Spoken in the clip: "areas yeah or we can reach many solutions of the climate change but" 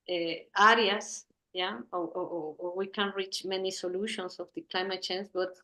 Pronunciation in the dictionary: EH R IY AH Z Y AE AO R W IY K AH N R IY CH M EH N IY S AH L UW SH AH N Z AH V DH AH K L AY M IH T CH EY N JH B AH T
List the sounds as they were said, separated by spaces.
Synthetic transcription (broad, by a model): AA R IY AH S Y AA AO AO W IY K AH N R IY CH M EH N IY S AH L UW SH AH N S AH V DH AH K L AY M IH T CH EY N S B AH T